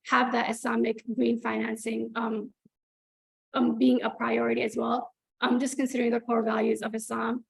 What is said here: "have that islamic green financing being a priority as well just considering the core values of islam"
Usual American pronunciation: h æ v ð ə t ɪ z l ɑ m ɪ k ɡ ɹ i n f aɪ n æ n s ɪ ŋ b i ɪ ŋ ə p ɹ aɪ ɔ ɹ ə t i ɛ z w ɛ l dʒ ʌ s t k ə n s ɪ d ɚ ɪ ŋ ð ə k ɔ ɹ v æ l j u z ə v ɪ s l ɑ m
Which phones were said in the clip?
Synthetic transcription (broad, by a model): h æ v ð ə t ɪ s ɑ m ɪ k ɡ ɹ i n f aɪ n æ n s ɪ ŋ b i ɪ ŋ ə p ɹ aɪ ɔ ɹ ə t i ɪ z w ɛ l dʒ ʌ s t k ə n s ɪ d ɚ ɪ ŋ ð ə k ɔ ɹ v æ l j u z ə v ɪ s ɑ m